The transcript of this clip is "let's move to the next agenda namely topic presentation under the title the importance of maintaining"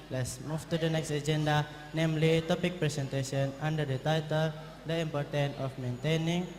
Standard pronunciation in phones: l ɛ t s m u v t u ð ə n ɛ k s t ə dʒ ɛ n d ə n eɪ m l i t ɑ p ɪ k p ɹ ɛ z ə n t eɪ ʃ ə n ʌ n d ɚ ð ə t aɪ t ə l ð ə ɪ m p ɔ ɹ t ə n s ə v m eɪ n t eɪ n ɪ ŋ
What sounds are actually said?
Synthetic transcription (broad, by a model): l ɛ t s m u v t u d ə n ɛ k s t ə dʒ ɛ n d ə n eɪ m l i t ɑ p ɪ k p ɹ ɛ s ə n t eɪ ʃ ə n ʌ n d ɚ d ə t aɪ t ə l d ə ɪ m p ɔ ɹ t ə n ə f m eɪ n t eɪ n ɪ ŋ